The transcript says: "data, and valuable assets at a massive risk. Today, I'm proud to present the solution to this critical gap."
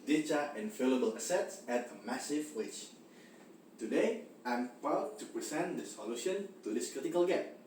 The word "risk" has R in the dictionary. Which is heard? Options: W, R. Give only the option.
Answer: W